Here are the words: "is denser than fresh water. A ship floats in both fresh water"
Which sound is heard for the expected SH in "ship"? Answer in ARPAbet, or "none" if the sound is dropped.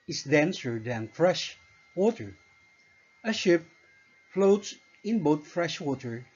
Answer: SH